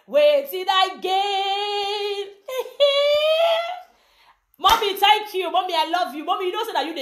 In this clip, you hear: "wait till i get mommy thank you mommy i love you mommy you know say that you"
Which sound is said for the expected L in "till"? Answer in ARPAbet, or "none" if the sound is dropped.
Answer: N